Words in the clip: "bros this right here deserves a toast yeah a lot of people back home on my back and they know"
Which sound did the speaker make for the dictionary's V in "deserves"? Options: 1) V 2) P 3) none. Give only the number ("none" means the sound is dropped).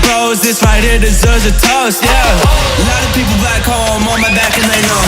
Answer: 3